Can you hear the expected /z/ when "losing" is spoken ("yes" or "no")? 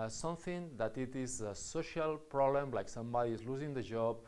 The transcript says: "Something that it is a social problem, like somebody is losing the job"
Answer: yes